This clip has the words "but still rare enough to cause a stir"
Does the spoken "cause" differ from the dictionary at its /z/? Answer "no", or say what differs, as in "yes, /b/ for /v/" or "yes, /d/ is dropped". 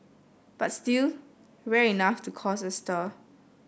yes, /s/ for /z/